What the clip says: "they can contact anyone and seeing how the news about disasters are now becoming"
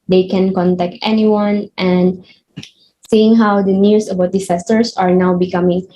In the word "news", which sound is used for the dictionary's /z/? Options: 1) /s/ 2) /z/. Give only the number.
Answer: 1